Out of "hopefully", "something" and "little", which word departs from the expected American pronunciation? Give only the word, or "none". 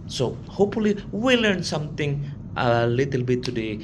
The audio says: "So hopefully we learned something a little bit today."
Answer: something